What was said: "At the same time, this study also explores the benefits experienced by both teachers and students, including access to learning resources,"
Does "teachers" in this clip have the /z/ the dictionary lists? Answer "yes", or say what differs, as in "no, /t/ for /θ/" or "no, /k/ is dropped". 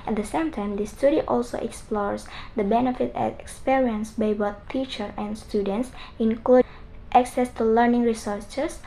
no, /z/ is dropped